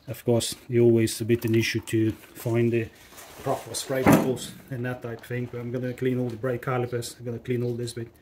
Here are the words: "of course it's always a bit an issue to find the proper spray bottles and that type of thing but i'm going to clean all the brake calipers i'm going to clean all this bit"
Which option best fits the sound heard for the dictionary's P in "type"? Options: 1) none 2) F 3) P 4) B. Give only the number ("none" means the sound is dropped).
1